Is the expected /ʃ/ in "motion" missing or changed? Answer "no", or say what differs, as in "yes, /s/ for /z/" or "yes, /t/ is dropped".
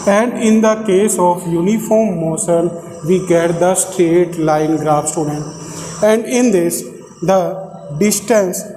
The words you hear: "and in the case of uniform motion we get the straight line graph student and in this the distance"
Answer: yes, /s/ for /ʃ/